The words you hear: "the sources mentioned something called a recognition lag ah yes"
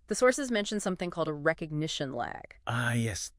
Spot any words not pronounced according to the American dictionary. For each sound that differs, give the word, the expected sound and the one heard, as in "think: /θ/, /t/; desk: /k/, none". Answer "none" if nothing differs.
none